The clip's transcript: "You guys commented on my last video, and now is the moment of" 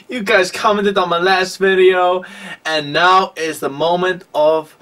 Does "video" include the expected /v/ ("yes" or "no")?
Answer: yes